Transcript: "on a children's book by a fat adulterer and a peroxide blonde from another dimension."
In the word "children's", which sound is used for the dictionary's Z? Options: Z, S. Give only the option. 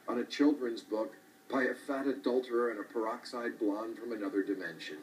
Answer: Z